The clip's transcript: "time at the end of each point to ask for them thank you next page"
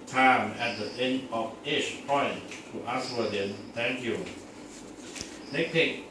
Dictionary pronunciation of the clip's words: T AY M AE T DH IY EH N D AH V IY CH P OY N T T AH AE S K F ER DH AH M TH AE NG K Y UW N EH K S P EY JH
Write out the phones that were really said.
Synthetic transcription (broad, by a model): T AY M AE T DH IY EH N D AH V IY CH P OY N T T AH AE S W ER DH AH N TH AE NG K Y UW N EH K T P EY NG